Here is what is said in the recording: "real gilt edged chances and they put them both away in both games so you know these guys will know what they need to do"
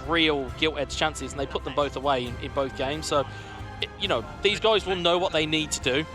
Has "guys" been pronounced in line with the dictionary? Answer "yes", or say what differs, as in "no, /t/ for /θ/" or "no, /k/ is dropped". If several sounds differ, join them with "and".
yes